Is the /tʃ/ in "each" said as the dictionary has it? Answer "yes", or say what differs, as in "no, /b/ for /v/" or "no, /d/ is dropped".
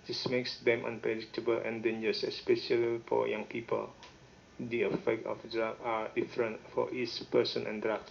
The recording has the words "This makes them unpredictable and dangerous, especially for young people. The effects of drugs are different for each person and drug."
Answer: no, /s/ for /tʃ/